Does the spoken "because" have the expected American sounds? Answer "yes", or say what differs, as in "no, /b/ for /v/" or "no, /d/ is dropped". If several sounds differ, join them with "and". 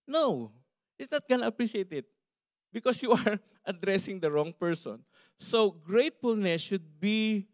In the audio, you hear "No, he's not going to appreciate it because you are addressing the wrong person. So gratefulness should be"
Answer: no, /s/ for /z/